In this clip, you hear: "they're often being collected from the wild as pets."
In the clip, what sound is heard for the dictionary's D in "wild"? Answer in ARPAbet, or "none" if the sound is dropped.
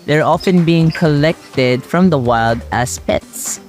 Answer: D